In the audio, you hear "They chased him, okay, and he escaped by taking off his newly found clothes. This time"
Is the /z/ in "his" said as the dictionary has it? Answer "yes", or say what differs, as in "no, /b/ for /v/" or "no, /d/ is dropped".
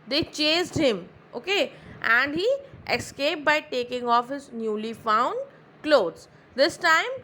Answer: yes